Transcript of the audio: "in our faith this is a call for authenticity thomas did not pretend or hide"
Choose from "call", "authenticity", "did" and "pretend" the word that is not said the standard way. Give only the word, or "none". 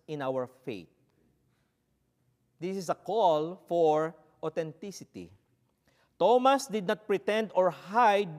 authenticity